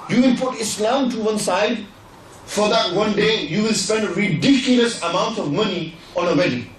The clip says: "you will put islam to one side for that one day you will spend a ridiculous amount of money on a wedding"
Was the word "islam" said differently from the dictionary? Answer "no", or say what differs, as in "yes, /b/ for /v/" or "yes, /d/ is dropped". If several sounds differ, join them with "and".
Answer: no